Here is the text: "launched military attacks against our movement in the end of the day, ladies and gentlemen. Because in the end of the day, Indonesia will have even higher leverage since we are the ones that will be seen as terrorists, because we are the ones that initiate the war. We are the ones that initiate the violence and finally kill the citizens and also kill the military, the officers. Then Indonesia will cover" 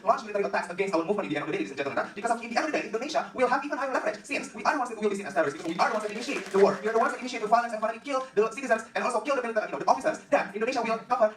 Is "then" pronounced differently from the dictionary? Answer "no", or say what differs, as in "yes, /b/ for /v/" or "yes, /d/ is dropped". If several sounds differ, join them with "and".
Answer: yes, /n/ is dropped